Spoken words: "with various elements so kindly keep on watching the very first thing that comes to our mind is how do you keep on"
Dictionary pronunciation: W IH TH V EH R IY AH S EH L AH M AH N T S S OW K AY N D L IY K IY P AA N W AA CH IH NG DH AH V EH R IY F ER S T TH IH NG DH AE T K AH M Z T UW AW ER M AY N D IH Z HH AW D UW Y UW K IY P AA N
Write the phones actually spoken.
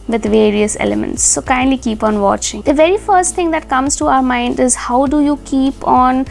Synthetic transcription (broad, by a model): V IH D V EH R IY AH S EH L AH M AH N T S S OW K AY N D L IY K IY P AA N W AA CH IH NG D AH V EH R IY F ER S T T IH NG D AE T K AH M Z T UW AW ER M AY N D IH Z HH AW D UW Y UW K IY P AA N